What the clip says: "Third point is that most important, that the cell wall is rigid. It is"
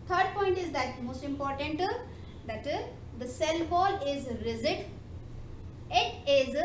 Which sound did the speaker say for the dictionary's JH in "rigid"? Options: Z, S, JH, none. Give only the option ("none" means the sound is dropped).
Z